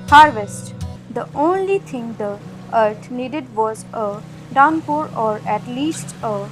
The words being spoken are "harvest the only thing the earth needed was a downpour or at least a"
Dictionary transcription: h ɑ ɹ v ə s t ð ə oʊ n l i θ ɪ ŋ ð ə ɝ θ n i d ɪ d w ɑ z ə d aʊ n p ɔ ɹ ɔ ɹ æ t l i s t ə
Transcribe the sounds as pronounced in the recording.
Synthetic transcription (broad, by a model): h ɑ ɹ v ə s t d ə oʊ n l i t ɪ ŋ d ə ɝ t n i d ɪ d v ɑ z ə d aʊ n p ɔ ɹ ɔ ɹ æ t l i s t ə